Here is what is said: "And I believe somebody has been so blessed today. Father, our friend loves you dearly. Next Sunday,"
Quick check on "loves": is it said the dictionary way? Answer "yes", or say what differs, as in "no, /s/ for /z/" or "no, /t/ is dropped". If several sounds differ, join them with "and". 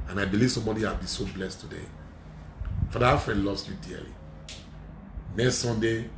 no, /s/ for /z/